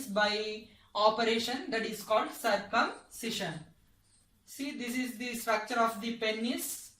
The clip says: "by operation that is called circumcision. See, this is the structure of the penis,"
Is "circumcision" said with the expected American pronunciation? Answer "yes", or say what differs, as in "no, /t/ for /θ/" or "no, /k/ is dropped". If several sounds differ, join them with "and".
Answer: no, /ʃ/ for /ʒ/